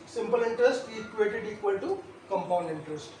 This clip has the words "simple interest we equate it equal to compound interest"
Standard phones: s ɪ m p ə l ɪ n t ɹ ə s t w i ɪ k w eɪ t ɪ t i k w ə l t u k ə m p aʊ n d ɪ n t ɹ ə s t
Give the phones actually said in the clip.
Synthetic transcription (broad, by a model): s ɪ m p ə l ɪ n t ɹ ə s t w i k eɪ t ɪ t i k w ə l t u k ə m p aʊ n d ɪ n t ɹ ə s t